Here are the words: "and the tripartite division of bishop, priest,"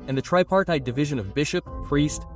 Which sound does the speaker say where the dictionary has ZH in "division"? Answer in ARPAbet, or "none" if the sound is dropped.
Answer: ZH